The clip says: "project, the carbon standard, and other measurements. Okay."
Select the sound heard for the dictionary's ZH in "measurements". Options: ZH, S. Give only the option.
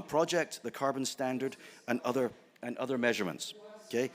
ZH